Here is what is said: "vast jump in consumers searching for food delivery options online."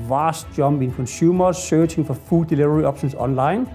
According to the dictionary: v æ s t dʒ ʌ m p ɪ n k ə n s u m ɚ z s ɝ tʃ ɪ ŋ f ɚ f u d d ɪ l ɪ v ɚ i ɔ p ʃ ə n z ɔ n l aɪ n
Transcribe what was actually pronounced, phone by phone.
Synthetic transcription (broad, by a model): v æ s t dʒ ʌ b ɪ n k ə n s u m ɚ s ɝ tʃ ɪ ŋ f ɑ f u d d ɪ l ɪ v ɚ i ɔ b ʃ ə n s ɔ n l aɪ n